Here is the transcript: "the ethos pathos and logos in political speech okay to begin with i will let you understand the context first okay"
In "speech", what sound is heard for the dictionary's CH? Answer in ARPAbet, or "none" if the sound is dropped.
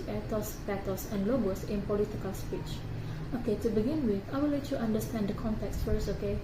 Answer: CH